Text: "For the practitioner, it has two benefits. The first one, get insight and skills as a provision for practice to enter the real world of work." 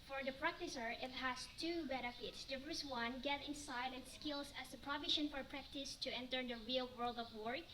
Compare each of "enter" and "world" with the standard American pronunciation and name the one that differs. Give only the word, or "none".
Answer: none